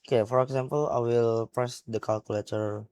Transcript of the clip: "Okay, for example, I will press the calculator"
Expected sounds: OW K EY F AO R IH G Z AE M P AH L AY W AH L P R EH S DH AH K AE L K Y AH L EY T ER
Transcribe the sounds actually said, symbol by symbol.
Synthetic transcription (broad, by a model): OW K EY F AO R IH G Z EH M P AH L AY W AH L P R EH S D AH K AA L K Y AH L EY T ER